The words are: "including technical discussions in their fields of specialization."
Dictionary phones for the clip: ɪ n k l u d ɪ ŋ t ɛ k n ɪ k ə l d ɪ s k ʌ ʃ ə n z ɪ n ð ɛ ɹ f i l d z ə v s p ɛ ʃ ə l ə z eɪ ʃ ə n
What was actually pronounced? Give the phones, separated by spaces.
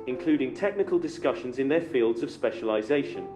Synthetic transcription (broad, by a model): ɪ n k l u d ɪ ŋ t ɛ k n ɪ k ə l d ɪ s k ʌ ʃ ə n z ɪ n ð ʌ f i l d z ə v s p ɛ ʃ ə l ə z eɪ ʃ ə n